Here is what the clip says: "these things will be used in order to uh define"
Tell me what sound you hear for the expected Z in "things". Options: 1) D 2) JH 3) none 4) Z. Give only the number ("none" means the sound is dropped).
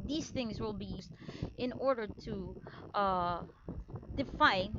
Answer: 4